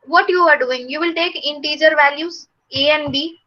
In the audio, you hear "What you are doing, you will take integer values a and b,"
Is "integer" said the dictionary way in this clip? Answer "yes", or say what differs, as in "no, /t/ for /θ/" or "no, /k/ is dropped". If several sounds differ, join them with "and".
yes